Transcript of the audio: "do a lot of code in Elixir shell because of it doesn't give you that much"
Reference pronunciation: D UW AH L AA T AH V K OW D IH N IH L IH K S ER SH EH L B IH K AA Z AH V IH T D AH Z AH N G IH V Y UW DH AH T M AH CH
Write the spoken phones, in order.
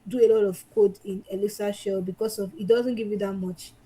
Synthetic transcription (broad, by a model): D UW AH L AA T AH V K OW D IH N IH L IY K S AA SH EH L B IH K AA S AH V IH T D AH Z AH N G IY V Y UW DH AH T M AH CH